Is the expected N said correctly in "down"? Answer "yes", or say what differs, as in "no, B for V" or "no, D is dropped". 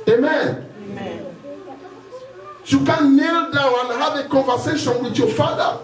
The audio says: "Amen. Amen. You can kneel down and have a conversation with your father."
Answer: no, N is dropped